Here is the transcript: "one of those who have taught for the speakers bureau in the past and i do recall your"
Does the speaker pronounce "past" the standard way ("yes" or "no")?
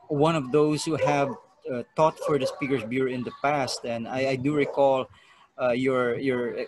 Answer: yes